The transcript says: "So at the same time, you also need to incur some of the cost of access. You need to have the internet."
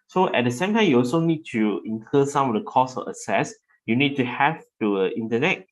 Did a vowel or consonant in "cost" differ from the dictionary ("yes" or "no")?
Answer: yes